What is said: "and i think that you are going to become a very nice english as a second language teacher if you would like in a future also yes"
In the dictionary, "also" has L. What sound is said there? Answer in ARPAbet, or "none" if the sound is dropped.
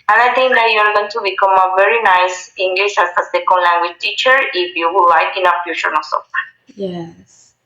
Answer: N